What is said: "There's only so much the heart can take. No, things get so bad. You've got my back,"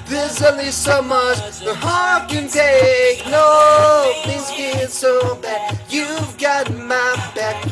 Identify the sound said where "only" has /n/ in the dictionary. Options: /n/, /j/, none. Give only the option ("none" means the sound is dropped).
none